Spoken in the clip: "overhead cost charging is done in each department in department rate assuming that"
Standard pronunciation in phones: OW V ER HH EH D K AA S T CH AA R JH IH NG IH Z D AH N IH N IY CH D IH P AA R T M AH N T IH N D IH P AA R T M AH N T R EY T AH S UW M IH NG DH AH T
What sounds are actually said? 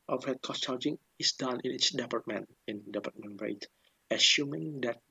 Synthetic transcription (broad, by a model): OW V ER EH K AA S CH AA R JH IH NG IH S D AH N IH N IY S D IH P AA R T M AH N IH N D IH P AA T M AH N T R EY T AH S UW M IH NG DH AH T